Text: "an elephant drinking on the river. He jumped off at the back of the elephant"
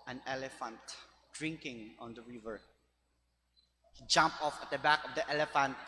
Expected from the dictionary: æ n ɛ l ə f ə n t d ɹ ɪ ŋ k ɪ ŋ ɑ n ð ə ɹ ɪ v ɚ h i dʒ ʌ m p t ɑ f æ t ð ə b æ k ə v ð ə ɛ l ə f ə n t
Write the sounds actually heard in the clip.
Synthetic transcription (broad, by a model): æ n ɛ l ə f ə n t d ɹ ɪ ŋ k ɪ ŋ ɑ n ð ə ɹ ɪ v ɚ h i dʒ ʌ m p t ɑ f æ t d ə b æ k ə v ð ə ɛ l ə f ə n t